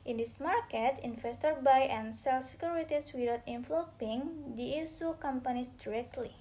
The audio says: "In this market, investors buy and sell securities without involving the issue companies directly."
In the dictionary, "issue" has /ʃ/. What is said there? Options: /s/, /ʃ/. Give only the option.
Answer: /s/